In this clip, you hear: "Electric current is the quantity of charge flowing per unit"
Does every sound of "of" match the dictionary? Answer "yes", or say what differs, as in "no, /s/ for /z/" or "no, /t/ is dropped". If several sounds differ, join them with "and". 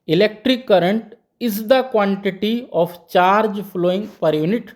no, /p/ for /v/